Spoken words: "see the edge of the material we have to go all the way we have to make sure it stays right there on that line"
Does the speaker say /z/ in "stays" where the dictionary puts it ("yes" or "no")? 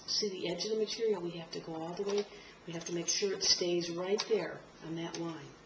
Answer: yes